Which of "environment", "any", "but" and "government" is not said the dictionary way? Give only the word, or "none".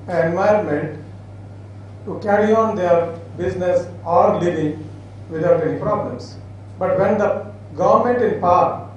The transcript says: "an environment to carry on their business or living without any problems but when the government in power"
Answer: environment